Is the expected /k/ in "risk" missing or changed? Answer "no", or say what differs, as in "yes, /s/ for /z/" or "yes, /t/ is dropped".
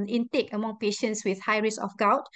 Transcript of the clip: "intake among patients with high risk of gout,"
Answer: yes, /k/ is dropped